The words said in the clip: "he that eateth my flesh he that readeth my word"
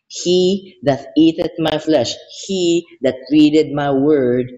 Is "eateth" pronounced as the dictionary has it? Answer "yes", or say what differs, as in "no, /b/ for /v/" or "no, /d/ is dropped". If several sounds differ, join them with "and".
no, /t/ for /θ/